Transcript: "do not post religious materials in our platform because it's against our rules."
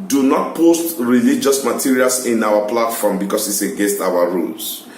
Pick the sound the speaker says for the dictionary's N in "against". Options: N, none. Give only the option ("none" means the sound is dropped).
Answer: none